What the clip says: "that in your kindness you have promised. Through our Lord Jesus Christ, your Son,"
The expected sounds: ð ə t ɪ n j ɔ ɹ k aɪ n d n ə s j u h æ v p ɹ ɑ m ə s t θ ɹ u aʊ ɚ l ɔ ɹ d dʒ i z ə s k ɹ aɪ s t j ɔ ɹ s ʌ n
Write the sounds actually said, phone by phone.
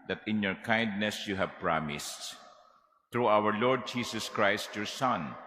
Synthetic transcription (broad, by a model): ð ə t ɪ n j ɔ ɹ k aɪ n d n ə s j u h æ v p ɹ ɑ m ə s t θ ɹ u aʊ ɚ l ɔ ɹ d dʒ i s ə s k ɹ aɪ s t j ɔ ɹ s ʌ n